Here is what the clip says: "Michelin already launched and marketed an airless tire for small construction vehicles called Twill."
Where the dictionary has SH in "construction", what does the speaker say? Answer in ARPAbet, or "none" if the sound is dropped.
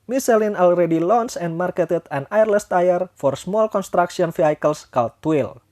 S